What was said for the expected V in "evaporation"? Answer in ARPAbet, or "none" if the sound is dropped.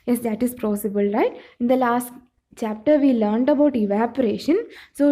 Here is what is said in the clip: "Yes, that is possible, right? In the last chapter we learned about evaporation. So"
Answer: V